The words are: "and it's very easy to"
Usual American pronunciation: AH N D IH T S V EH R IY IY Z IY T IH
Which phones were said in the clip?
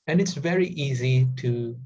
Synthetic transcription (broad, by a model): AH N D IH T S V EH R IY IY Z IY T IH